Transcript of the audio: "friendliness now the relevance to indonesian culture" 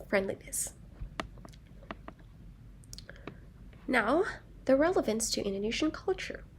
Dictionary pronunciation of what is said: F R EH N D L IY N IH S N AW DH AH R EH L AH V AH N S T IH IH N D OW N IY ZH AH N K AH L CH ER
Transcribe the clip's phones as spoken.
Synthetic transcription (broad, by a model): F R EH N D L IY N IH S N AW DH AH R EH L AH V AH N S T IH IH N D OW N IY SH N K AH L CH ER